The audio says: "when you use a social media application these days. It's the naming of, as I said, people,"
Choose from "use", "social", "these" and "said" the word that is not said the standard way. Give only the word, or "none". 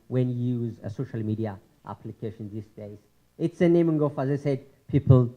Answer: these